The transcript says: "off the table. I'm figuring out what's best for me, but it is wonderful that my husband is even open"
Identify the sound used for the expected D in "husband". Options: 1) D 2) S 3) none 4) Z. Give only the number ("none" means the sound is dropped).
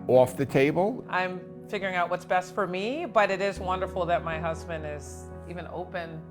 1